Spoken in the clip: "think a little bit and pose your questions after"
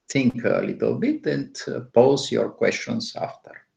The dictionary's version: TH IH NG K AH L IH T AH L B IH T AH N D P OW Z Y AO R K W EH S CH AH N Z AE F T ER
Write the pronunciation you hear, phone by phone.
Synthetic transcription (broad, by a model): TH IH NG K AH L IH T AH L B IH T AH N D P OW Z Y AO R K W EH S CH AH N S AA F T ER